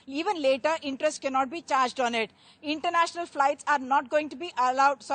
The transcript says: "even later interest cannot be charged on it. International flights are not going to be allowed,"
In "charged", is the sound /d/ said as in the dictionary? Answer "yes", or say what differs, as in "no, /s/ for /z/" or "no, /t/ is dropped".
yes